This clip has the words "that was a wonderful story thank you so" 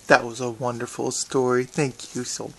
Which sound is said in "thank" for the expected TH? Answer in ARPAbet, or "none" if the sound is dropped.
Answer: TH